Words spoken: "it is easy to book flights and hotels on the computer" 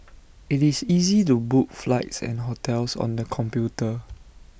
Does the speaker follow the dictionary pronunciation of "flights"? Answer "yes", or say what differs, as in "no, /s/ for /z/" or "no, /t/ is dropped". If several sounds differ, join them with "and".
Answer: yes